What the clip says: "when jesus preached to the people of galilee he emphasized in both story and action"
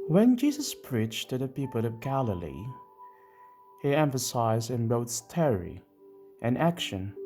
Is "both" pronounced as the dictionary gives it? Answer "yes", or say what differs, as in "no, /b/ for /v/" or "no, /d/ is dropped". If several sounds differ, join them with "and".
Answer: no, /t/ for /θ/